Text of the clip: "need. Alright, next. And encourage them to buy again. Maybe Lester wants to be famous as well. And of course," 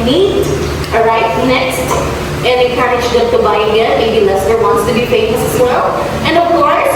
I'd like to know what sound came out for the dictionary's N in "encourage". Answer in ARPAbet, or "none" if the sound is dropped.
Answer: none